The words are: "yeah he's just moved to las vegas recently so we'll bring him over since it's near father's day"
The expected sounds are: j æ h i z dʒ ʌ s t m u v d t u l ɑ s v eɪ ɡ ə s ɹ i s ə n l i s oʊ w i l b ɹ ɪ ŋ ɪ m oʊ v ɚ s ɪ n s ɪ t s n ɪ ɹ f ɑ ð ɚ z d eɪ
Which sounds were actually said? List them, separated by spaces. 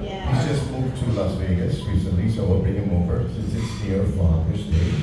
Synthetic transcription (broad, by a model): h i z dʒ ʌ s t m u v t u l ɑ s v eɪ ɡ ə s ɹ i s ə n l i s oʊ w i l b ɹ ɪ ŋ ɪ m oʊ v ɚ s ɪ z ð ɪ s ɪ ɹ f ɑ ɚ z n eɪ